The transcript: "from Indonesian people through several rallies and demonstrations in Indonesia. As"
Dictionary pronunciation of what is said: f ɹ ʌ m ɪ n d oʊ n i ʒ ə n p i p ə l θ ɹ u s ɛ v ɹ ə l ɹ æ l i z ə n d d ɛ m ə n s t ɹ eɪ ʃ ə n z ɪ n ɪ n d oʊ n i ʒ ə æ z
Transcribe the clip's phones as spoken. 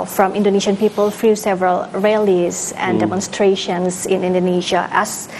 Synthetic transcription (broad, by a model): f ɹ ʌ m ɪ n d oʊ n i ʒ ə n p i p ə l f ɹ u s ɛ v ɹ ə l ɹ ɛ l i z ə n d d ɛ m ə n s t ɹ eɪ ʃ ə n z ɪ n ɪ n d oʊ n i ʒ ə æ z